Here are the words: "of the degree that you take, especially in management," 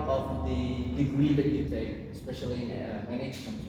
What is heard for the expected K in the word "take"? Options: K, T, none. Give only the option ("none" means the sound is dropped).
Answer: none